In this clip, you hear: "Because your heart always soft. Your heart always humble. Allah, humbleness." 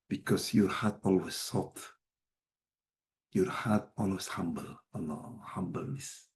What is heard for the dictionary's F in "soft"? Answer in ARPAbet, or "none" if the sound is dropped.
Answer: none